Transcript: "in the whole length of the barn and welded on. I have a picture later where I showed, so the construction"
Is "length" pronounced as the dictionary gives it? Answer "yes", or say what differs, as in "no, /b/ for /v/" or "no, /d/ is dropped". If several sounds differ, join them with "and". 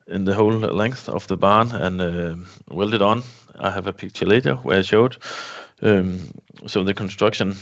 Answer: yes